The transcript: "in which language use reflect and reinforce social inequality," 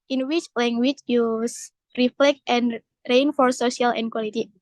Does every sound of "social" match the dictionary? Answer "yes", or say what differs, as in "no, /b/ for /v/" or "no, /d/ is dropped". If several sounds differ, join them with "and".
no, /ʃ/ is dropped